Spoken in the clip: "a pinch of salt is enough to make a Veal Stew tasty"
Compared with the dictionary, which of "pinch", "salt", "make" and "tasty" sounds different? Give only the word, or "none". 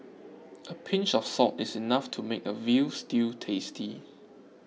salt